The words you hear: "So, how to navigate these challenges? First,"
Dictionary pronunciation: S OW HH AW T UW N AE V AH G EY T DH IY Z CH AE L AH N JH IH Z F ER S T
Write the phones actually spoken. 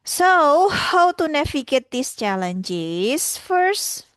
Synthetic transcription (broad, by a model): S OW HH AW T UW N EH F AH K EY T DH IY S CH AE L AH N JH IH S F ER S T